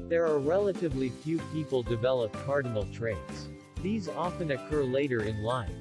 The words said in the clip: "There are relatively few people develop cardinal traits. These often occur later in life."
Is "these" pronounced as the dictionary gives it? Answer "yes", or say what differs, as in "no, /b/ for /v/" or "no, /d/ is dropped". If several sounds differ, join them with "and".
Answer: yes